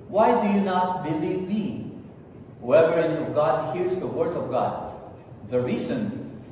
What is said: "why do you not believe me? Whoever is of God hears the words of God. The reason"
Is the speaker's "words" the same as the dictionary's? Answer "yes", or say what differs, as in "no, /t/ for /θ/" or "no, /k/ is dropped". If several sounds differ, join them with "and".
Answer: no, /z/ is dropped